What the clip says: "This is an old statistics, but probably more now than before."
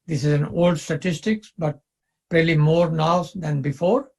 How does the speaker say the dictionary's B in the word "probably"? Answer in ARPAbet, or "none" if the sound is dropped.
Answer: none